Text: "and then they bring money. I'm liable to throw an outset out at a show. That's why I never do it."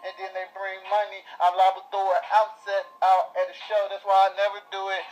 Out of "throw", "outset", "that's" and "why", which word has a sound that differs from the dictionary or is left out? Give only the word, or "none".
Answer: throw